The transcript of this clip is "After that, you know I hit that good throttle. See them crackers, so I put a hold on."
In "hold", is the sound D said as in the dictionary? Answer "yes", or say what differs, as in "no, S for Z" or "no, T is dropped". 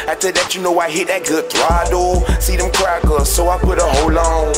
no, D is dropped